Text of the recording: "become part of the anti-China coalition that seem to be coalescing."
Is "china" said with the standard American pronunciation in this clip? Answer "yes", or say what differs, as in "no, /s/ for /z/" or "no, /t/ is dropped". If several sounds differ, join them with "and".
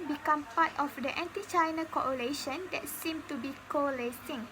yes